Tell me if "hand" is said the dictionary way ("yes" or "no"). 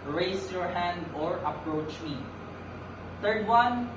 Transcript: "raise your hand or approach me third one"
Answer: yes